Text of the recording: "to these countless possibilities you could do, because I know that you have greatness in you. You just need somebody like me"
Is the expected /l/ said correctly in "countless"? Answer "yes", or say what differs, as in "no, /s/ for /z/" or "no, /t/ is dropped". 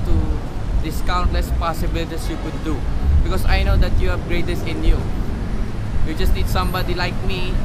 yes